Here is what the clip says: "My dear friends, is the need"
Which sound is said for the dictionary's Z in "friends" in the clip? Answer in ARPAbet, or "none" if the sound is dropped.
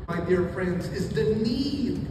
Z